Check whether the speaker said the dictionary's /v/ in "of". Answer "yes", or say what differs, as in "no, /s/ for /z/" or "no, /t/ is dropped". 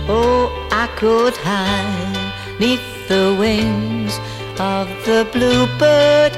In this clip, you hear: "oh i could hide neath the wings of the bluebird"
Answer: yes